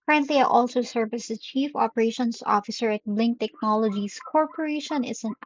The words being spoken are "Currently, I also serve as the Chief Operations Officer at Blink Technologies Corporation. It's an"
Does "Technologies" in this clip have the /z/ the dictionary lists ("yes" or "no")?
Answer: no